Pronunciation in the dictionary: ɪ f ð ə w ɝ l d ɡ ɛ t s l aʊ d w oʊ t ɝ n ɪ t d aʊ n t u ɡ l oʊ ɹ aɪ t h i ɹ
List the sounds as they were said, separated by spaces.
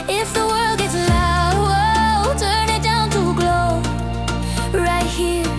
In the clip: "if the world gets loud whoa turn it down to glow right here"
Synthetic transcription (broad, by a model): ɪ f ð ə w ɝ l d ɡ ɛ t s l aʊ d w oʊ t ɝ n ɪ t d aʊ n t u ɡ l oʊ ɹ aɪ t h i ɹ